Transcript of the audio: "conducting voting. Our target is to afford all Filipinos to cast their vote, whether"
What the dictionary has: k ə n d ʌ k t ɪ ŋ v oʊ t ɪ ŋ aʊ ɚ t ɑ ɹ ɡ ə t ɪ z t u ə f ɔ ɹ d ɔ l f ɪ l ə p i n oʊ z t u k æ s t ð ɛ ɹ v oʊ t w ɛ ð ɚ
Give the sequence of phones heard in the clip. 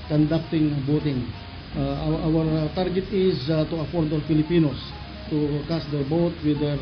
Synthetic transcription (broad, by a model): k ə n d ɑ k t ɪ ŋ b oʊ t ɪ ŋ aʊ ɚ t ɑ ɹ ɡ ə t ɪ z t u ə f ɔ ɹ d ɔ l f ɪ l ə p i n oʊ s t u k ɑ s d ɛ ɹ b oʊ t w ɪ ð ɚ